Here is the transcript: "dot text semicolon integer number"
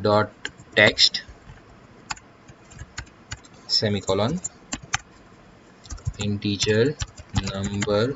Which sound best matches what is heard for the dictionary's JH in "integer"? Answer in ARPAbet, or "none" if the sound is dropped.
CH